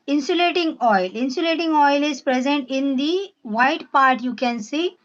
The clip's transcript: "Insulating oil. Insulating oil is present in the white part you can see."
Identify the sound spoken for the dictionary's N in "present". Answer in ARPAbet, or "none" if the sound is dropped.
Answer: N